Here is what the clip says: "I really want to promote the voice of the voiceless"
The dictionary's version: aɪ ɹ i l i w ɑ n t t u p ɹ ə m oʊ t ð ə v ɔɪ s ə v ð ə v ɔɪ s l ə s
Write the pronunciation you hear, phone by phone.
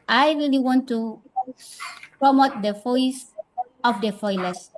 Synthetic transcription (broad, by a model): aɪ ɹ i l i w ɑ n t t u p ɹ ə m oʊ t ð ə f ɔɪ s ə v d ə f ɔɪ l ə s